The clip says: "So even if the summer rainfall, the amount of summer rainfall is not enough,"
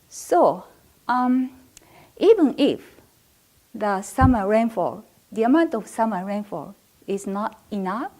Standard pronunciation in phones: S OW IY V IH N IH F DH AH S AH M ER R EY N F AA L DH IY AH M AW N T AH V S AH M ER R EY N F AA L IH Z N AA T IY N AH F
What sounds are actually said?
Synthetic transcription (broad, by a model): S OW IY V IH N IH F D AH S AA M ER R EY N F AA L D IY AH M AW N T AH F S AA M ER R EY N F AA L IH S N AA T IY N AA F